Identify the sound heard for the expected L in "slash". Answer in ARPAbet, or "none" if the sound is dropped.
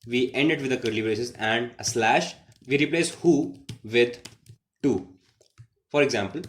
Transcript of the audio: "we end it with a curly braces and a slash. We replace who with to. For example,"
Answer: L